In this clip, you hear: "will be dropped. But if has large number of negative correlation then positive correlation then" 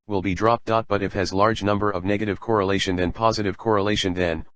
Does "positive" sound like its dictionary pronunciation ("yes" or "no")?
yes